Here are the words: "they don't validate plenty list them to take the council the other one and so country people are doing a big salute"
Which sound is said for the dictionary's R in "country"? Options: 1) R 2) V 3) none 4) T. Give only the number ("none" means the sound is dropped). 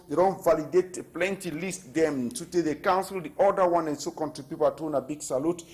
3